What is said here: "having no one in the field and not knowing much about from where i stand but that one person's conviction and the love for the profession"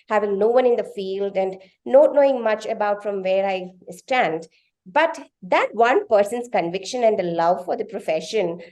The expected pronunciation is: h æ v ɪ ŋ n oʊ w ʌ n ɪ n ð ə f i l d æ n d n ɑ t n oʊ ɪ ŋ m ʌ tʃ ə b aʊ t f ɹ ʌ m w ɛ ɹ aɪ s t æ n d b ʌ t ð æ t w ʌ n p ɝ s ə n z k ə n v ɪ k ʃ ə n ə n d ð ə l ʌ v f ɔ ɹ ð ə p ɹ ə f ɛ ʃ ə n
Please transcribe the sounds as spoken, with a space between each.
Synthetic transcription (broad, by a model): h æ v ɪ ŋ n oʊ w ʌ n ɪ n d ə f i l d æ n d n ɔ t n oʊ ɪ ŋ m ʌ tʃ ə b aʊ t f ɹ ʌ m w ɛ ɹ aɪ s t æ n d b ʌ t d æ t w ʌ n p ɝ s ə n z k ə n v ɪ k ʃ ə n ə n d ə l ʌ v f ɔ ɹ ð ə p ɹ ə f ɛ ʃ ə n